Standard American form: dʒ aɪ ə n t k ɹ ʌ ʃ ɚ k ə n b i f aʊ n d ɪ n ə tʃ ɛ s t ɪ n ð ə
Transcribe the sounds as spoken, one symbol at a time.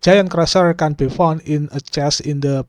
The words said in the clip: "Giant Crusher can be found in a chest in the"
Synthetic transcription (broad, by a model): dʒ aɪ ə n k ɹ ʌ s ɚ k ə n b i f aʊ n ɪ n ə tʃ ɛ s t ɪ n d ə